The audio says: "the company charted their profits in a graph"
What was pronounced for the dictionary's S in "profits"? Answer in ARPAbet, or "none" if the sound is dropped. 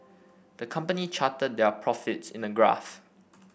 S